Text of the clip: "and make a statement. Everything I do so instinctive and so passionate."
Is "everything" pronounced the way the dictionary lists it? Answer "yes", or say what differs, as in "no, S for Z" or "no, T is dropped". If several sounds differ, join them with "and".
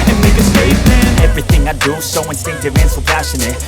yes